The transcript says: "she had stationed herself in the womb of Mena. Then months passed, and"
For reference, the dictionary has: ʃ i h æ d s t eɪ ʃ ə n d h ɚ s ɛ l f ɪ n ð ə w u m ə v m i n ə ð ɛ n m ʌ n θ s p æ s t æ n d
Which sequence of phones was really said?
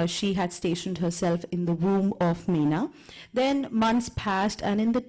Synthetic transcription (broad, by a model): ʃ i h æ d s t eɪ ʃ ə n d h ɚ s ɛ l f ɪ n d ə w u m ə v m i n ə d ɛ n m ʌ n t s p æ s t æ n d